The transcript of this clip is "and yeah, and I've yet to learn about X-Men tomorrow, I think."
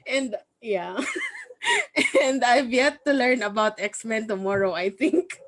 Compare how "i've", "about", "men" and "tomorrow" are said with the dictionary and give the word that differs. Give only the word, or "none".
none